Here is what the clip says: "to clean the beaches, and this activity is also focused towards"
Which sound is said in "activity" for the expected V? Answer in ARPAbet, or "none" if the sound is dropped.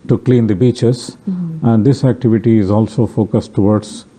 V